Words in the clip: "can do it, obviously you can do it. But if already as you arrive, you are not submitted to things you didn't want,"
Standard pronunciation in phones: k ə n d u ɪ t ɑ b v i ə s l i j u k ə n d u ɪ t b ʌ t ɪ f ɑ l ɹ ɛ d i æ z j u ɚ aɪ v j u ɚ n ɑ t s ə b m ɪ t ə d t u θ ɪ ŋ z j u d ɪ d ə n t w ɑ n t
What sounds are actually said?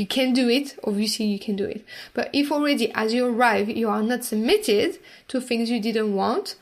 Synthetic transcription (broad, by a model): k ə n d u ɪ t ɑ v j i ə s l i j u k ə n d u ɪ t b ʌ t ɪ f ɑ l ɹ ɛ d i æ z j u ɚ aɪ v j u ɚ n ɑ t s ə b m ɪ t ə d t u θ ɪ ŋ z j u d ɪ d ə n t w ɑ n t